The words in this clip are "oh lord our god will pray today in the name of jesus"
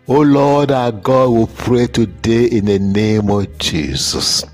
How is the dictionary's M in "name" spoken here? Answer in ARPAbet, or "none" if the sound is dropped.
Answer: M